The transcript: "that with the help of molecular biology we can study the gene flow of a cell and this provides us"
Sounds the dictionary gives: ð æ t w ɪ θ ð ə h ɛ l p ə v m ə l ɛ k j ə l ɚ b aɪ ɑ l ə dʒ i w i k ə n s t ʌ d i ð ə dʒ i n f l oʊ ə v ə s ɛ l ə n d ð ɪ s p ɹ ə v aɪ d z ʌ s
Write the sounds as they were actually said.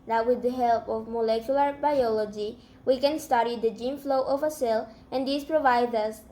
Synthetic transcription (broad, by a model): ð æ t w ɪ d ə h ɛ l p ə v m ə l ɛ k j ə l ɚ b aɪ ɑ l ə dʒ i w i k ə n s t ʌ d i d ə dʒ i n f l oʊ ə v ə s ɛ l ə n d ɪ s p ɹ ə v aɪ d ʌ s